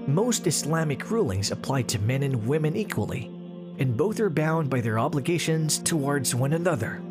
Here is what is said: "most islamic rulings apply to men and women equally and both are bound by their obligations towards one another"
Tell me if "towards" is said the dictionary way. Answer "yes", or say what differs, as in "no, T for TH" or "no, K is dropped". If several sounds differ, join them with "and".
yes